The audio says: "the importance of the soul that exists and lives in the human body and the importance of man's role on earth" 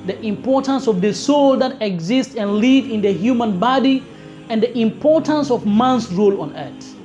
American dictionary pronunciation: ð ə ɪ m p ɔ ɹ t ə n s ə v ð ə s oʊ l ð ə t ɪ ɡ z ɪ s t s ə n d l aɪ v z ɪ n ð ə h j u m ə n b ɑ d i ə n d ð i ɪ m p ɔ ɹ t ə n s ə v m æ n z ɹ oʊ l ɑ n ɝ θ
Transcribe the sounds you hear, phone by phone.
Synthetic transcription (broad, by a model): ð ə ɪ m p ɔ ɹ t ə n s ə v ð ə s oʊ l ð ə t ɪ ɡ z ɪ s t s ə n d l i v ɪ n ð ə h j u m ə n b ɑ d i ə n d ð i ɪ m p ɔ ɹ t ə n s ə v m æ n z ɹ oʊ l ɑ n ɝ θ